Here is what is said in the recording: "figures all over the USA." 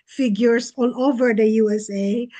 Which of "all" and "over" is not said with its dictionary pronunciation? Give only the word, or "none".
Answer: all